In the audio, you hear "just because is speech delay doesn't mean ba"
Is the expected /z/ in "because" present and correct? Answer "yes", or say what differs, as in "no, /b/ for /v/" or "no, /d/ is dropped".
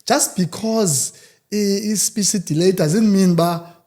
yes